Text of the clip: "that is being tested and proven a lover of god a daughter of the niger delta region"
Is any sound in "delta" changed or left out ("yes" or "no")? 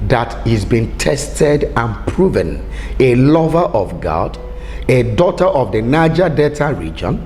yes